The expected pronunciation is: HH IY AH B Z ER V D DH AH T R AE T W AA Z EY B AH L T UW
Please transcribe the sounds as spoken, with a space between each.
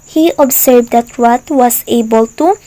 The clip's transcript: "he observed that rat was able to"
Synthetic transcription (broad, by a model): HH IY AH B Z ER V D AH T W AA T W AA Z EY B AH L T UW